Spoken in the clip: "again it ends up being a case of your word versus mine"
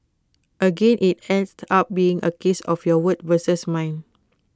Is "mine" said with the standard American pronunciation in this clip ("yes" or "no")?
yes